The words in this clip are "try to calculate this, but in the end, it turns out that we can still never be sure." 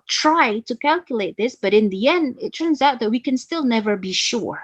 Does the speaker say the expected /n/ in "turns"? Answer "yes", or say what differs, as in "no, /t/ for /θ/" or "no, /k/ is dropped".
yes